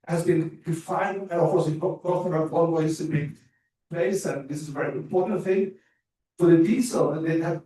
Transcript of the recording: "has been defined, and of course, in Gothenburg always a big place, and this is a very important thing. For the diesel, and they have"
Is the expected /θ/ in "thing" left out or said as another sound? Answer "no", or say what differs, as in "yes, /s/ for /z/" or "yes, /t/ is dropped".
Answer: no